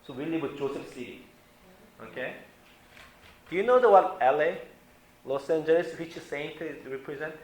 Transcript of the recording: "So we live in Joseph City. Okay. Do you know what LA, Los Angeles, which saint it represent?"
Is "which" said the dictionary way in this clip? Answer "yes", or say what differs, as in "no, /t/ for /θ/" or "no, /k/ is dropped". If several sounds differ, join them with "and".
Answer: no, /s/ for /tʃ/